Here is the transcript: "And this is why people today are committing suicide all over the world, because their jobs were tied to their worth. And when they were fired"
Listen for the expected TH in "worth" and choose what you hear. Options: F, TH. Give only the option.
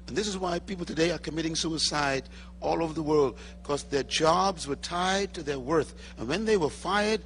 TH